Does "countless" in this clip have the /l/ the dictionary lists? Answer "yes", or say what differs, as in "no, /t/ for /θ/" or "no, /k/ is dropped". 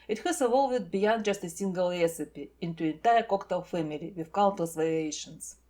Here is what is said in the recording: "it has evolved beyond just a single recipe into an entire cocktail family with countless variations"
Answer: no, /l/ is dropped